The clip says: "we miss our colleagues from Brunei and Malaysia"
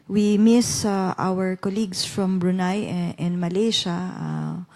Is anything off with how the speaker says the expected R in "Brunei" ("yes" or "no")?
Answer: no